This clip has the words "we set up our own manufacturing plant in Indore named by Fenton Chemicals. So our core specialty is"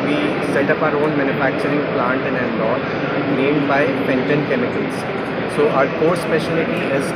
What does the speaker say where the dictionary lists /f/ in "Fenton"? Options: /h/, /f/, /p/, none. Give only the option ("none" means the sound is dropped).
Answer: /p/